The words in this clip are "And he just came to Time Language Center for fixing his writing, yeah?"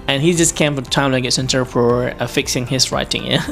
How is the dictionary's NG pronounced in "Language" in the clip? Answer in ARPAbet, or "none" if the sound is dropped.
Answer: none